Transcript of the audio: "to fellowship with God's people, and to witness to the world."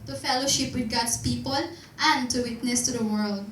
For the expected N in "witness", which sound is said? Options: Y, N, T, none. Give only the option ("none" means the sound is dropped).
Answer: N